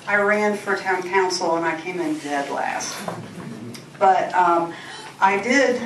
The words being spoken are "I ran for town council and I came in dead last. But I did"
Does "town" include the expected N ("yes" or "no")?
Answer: yes